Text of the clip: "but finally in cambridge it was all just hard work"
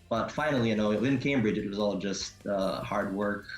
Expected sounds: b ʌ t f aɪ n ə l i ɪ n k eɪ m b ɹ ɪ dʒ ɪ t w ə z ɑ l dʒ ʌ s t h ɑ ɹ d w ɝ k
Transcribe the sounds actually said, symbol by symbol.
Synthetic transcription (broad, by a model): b ʌ t f aɪ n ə w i ɪ n k eɪ m b ɹ ɪ dʒ ɪ t w ə z ɑ l dʒ ʌ s t h ɑ ɹ d w ɝ k